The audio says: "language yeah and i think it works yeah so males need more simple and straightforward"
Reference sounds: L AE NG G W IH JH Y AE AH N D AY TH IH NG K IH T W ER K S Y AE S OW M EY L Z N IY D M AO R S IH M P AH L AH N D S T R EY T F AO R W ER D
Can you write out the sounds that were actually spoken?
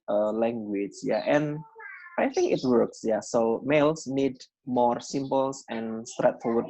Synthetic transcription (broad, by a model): L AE NG G W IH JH Y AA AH N AY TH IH NG K IH T W ER K S Y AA S OW M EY L S N IY D M AO R S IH M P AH L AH N S T R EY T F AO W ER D